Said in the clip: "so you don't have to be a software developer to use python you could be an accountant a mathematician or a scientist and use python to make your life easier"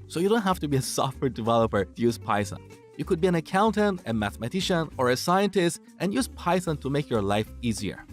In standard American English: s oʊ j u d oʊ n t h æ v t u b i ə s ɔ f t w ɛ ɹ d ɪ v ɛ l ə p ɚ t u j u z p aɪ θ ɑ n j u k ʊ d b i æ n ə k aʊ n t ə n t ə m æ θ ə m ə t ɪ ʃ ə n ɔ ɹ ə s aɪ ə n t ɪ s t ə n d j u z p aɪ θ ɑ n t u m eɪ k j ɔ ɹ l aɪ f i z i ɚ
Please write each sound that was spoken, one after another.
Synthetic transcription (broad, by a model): s oʊ j u d oʊ n t h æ f t u b i ə s ɔ f t w ɛ ɹ d ɪ v ɛ l ə p ɚ t u j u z p aɪ s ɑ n j u k ʊ d b i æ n ə k aʊ n t ə n t ə m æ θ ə m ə t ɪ ʃ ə n ɔ ɹ ə s aɪ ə n t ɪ s t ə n j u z p aɪ s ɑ n t u m eɪ k j ɔ ɹ l aɪ f i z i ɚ